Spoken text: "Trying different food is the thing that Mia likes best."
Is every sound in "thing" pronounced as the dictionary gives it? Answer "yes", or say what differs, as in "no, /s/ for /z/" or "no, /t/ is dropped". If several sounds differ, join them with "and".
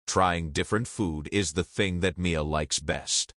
yes